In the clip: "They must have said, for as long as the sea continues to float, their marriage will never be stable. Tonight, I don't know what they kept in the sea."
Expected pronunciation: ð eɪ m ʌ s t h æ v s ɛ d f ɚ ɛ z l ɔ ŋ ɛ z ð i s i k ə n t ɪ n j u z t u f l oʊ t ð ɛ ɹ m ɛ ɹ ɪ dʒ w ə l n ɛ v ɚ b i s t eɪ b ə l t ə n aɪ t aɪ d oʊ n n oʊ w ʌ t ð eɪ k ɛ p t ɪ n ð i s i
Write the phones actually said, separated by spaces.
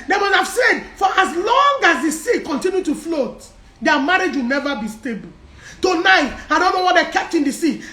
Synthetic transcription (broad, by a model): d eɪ m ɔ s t h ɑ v s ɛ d f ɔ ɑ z l ɔ ŋ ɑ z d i s i k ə n t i n j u t u f l oʊ t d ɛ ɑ m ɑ ɹ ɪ dʒ w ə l n ɛ v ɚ b i s t eɪ b ə l t ə n aɪ t aɪ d oʊ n n oʊ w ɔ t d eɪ k ɛ p t ɪ n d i s i